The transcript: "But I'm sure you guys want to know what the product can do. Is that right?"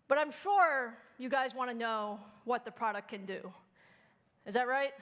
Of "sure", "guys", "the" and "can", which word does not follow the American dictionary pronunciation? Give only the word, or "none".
none